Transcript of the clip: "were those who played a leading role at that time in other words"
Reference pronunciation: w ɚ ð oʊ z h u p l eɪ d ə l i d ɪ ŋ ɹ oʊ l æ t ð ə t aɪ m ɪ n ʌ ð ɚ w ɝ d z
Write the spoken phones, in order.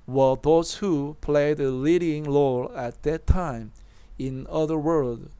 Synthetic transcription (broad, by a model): w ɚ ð oʊ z h u p l eɪ d ə l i d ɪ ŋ l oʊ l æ t ð ə t aɪ m ɪ n ʌ ð ɚ w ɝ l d